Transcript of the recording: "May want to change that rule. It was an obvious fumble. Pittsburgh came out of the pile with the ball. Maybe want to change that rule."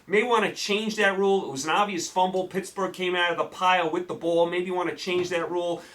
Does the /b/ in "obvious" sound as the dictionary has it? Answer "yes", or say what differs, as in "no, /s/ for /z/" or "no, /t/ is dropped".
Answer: yes